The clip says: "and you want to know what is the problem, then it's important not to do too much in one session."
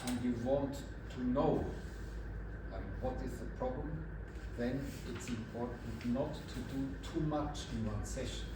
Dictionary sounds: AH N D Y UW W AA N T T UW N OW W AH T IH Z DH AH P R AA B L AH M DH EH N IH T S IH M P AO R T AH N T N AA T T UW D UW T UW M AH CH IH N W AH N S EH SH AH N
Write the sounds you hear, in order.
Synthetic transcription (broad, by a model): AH N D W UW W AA N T T UW N OW W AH T IH Z DH AH P R AA B L AH M DH EH N IH T S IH M P AO R T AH N T N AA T T UW D UW T UW M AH CH IH N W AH S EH SH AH N